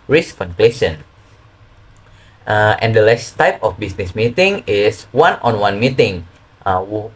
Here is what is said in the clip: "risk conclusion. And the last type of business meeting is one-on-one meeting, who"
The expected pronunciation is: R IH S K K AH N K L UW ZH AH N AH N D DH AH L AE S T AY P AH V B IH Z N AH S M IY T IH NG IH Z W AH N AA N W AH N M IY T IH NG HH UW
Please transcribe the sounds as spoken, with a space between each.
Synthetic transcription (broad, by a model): R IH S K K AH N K L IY S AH N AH N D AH L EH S T AY P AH F B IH S N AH S M IY T IH NG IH S W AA N AA N W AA N M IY T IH NG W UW